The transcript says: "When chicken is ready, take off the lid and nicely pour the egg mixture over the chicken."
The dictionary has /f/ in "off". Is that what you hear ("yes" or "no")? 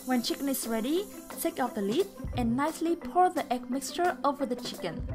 no